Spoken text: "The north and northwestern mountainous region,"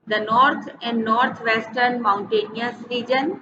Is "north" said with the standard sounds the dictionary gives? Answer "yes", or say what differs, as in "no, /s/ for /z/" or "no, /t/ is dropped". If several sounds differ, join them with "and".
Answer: no, /t/ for /θ/